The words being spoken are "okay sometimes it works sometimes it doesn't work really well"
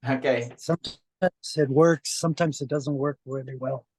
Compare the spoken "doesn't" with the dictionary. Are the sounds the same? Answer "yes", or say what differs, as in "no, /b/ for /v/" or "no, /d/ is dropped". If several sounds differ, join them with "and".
yes